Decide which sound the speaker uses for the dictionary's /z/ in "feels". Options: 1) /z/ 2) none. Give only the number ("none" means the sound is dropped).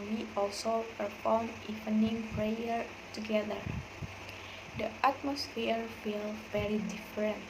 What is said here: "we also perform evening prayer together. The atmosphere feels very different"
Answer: 2